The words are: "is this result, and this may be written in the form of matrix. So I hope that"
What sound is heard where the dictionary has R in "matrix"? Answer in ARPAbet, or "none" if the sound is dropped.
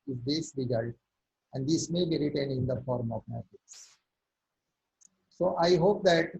none